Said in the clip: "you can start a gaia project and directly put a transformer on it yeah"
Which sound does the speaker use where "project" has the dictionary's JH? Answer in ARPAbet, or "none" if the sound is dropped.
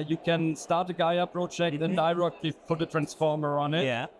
CH